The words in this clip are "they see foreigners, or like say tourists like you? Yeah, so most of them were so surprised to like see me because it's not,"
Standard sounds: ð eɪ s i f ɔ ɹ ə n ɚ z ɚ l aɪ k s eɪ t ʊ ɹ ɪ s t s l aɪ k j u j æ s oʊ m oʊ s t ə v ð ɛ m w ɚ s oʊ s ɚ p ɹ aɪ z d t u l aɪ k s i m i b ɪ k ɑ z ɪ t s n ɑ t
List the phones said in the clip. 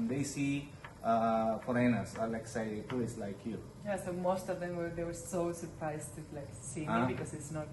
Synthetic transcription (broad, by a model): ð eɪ s i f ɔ ɹ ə n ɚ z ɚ l aɪ k s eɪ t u ɪ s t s l aɪ k j u j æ s oʊ m oʊ s t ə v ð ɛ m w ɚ s oʊ s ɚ p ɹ aɪ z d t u l aɪ k s i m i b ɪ k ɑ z ɪ t s n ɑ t